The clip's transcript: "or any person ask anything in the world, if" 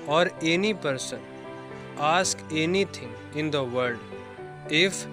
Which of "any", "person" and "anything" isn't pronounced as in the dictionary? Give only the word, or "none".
anything